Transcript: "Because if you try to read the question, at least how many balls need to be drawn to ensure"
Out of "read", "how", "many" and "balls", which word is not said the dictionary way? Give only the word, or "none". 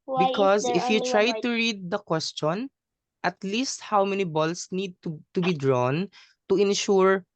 balls